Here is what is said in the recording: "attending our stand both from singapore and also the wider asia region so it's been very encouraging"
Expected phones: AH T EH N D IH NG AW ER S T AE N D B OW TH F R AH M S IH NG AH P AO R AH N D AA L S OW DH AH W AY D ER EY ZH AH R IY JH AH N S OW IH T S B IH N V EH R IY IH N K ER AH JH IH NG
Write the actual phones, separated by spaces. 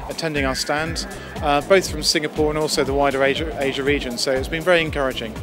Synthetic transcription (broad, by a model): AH T EH N D IH NG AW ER S T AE N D B OW TH F R AH M S IH NG AH P AO R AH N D AA L S OW DH AH W AY D ER EY ZH AH R IY JH AH N S OW IH T S B IH N V EH R IY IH N K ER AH JH IH NG